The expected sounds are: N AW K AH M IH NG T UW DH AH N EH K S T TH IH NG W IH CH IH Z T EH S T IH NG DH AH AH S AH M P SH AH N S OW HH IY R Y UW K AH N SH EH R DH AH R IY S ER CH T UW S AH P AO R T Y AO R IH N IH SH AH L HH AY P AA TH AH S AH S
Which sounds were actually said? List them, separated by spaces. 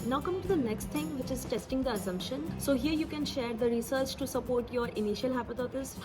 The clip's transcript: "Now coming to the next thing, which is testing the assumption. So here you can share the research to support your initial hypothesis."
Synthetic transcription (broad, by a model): N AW K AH M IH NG T UW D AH N EH K S T T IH NG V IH CH IH Z T EH S T IH NG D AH AH S AH M P SH AH N S OW HH IY R Y UW K AH N SH EH R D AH R IY S ER CH T UW S AH P AO R T Y AO R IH N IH SH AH L HH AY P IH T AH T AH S